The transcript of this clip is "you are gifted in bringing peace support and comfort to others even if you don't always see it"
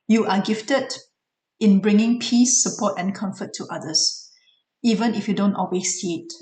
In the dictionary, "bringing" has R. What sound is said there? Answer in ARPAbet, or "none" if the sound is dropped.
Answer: R